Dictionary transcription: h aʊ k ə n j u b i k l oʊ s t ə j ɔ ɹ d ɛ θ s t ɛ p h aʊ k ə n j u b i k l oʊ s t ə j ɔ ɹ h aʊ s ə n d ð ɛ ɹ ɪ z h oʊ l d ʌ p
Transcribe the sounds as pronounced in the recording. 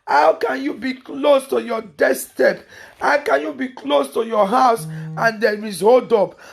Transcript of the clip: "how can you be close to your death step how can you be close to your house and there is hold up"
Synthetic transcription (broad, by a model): h aʊ k ə n j u b i k l oʊ s t ə j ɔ d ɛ s t ɛ p h aʊ k ə n j u b i k l oʊ s t ə j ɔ h aʊ s ə n d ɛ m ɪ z h oʊ l d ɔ p